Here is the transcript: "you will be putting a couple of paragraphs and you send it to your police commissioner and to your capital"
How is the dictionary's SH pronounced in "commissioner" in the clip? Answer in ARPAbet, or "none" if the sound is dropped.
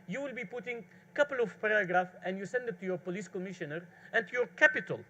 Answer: SH